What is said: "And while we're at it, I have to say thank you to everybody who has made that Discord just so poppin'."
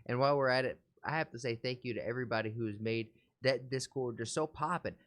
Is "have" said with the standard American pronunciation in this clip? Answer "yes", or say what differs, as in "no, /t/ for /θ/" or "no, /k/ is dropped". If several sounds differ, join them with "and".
no, /f/ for /v/